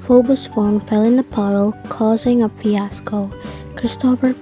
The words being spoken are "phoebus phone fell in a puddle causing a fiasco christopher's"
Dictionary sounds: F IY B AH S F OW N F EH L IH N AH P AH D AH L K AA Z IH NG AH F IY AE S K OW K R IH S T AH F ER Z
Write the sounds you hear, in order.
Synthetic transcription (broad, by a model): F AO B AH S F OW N F EH L IH N AH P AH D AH L K AA Z IH NG AH P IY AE S K OW K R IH S T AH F ER